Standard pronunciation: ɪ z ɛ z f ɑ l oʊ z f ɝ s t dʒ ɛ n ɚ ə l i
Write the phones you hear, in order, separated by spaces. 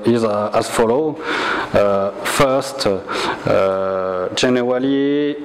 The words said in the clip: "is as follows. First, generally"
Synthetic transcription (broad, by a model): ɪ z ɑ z f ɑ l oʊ f ɝ s t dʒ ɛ n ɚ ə l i